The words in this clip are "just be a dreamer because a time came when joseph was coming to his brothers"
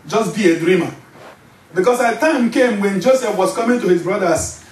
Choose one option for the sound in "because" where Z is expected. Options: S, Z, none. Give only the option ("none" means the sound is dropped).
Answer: S